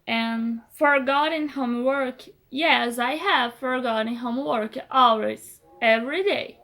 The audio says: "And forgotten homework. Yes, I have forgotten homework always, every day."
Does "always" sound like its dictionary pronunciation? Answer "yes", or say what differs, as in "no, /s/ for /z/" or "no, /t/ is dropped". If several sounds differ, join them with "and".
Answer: no, /z/ is dropped